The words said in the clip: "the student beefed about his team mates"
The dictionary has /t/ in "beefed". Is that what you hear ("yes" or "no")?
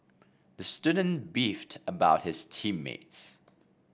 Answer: yes